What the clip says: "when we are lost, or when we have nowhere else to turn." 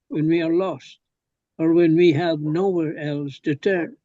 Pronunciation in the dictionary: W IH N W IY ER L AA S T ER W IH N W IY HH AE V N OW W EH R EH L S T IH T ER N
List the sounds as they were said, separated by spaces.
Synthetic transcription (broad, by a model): W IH N W IY ER L AA S T ER W IH N W IY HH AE V N OW W EH R EH L S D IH T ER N